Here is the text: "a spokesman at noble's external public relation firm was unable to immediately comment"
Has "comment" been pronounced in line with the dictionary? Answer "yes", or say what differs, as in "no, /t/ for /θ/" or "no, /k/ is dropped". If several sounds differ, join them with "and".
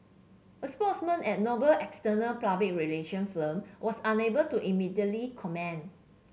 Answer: no, /t/ is dropped